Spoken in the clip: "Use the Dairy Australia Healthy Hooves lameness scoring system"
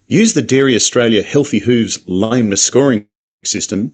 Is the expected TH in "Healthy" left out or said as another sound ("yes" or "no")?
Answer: no